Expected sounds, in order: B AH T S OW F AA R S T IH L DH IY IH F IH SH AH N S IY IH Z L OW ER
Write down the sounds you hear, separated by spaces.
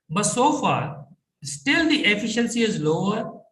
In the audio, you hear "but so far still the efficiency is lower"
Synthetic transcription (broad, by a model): B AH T S OW F AA R S T IH L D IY IH F IH SH AH N S IY IH Z L OW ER